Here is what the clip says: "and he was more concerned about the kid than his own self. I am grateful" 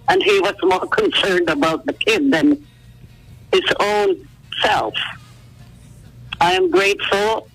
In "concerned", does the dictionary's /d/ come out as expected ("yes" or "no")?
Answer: yes